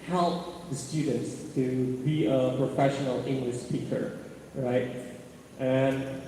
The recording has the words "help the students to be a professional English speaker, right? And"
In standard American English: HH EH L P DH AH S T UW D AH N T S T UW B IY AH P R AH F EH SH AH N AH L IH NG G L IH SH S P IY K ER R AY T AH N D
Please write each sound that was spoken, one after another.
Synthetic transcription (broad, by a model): HH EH L P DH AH S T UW D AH N T S T UW B IY AH P R AH F EH SH AH N AH L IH NG G L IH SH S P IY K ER R AY T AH N